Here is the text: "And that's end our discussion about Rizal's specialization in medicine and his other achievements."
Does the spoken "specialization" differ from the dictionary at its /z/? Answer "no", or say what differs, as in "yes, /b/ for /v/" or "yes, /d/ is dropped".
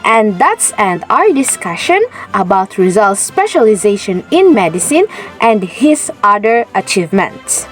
no